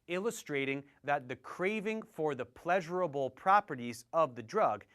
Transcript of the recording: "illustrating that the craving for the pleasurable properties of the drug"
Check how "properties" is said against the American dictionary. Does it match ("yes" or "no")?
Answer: yes